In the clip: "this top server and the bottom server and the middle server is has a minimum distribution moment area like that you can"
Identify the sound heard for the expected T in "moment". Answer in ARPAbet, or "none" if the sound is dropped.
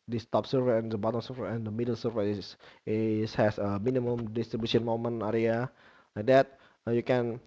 none